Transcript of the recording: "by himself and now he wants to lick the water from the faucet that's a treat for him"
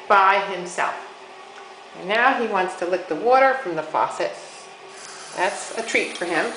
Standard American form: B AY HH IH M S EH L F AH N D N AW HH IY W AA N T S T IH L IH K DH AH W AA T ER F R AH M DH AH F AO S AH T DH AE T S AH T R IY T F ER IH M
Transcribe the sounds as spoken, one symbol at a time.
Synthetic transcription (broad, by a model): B AY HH IH M S EH L F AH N N AW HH IY W AA N T S T IH L IH K DH AH W AA T ER F R AH M DH AH F AO S AH T DH AE T S AH T R IY T F ER IH M